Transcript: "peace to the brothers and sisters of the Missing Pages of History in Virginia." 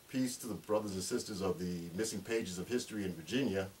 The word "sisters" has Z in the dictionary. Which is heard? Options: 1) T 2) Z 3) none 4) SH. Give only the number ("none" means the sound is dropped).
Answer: 2